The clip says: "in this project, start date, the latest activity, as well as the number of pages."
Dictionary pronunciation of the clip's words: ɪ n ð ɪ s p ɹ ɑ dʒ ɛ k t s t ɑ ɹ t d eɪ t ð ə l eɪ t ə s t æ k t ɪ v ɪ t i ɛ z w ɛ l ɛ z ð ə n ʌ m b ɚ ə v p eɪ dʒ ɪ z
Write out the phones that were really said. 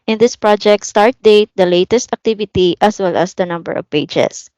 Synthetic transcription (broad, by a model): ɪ n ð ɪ s p ɹ ɑ dʒ ɛ k t s t ɑ ɹ t d eɪ t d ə l eɪ t ə s t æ k t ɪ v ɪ t i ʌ s w ɛ l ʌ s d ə n ʌ m b ɚ ə v p eɪ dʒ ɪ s